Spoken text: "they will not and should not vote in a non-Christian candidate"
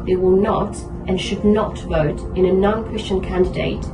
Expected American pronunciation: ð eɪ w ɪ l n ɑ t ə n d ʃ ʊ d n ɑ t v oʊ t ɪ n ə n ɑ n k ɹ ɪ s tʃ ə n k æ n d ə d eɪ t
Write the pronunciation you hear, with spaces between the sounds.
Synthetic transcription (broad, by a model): ð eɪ w ɪ l n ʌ t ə n ʃ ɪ d n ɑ t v oʊ t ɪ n ə n ɑ n k ɹ ɪ s tʃ ə n k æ n d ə d eɪ t